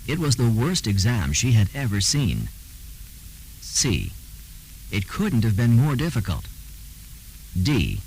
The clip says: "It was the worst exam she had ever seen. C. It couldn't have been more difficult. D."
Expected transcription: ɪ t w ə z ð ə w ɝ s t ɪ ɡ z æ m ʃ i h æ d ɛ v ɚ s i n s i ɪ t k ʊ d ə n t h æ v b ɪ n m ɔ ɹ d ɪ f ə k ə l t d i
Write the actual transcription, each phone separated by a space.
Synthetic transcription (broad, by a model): ɪ t w ə z ð ə w ɝ s t ɪ ɡ z æ m ʃ i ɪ d ɛ v ɚ s i n s i ɪ t k ʊ d n t h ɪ v b ɪ n m ɔ ɹ d ɪ f ə k ə l t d i